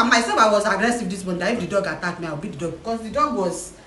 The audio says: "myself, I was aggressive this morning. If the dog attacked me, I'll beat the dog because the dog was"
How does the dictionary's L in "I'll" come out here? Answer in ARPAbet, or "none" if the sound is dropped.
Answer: W